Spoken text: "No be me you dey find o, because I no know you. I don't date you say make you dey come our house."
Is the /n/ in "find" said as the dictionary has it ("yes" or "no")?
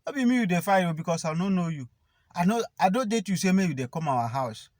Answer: no